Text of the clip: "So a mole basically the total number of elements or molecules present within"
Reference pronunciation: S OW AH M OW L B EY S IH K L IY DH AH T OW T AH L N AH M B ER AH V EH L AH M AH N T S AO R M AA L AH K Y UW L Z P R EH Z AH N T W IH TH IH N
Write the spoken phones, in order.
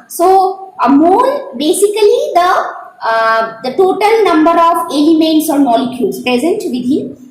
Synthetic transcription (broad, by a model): S OW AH M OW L B EY S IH K L IY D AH T OW T AH L N AH M B ER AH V EH L AH M AH N T S AO R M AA L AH K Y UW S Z P R EH Z AH N T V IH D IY